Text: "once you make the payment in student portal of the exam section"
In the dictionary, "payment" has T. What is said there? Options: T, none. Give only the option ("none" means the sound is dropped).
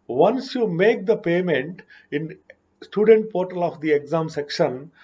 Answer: T